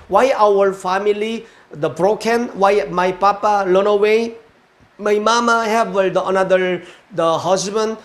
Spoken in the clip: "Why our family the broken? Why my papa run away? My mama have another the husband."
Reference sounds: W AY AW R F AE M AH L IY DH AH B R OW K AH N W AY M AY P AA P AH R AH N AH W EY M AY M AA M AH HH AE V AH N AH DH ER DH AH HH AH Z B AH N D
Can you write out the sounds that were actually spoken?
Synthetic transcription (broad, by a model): W AY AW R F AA M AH L IY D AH B R OW K AH N W AY M AY P AA P AH L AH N AH W EY M AY M AA M AH HH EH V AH N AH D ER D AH HH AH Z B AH N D